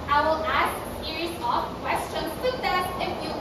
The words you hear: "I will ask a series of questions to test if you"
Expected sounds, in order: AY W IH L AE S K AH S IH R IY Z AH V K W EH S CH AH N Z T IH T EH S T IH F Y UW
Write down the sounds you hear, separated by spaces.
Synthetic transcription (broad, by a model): AY W IH L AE S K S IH R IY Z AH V K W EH S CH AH N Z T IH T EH T IH F Y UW